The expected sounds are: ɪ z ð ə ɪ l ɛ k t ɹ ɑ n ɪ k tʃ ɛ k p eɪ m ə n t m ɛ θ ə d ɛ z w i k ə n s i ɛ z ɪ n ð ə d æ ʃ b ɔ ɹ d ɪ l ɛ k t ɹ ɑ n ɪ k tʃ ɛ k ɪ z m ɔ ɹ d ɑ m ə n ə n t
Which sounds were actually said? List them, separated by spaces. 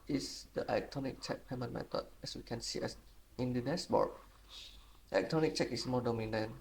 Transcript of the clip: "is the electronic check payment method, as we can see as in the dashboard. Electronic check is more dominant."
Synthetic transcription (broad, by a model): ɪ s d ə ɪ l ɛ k t ɹ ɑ n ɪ k tʃ ɛ k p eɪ m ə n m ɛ t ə ɛ s w i k ə n s i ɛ s ɪ n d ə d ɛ s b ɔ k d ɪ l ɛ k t ɹ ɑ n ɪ k tʃ ɛ k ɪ s m ɔ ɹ d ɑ m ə n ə n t